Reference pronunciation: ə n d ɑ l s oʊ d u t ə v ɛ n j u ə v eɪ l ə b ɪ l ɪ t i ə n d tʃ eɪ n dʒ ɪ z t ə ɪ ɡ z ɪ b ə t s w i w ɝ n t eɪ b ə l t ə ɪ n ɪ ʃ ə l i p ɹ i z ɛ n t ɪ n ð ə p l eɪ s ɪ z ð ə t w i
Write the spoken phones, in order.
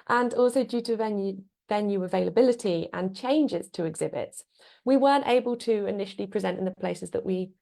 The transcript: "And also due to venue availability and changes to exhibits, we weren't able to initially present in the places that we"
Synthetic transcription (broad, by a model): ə n ɑ l s oʊ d u t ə v ɛ n j u ə v eɪ l ə b ɪ l ɪ t i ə n tʃ eɪ n dʒ ɪ z t ə ɪ ɡ z ɪ b ə t s w i w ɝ n t eɪ b ə l t ə ɪ n ɪ ʃ ə l i p ɹ i z ɛ n t ɪ n ð ə p l eɪ s ɪ z ð ə t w i